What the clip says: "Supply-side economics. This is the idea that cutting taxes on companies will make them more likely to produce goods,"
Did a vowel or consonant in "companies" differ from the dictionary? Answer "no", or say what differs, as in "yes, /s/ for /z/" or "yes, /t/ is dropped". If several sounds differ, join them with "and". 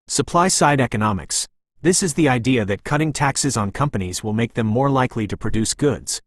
no